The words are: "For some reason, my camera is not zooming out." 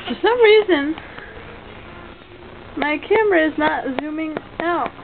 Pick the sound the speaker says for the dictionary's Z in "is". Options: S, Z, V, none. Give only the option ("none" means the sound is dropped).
Z